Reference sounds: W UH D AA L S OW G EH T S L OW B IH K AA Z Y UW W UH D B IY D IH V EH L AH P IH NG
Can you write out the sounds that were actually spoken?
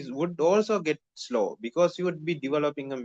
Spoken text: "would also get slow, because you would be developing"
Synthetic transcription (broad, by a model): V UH D AA L S OW G EH T S L OW B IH K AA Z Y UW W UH D B IY D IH V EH L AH P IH NG